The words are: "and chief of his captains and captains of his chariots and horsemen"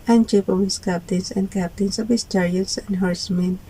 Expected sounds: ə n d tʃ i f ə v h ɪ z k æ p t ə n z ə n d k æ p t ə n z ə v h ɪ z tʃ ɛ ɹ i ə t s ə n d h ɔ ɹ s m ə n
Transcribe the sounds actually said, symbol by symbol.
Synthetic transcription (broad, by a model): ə n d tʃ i p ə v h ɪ s k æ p t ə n s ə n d k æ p t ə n s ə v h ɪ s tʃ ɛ ɹ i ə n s ə n d h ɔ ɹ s m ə n